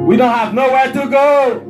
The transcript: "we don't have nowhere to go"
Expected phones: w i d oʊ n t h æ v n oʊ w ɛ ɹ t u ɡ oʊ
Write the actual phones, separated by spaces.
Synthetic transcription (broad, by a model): w i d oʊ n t h æ v n oʊ w ɛ ɹ t u ɡ oʊ